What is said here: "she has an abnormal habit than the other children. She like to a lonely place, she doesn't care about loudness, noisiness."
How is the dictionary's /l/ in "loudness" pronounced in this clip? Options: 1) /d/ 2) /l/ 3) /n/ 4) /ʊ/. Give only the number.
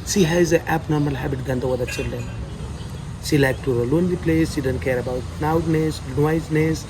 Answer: 3